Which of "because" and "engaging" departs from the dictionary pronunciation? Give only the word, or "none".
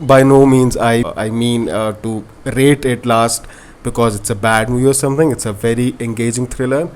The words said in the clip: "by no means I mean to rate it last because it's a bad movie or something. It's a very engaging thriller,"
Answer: none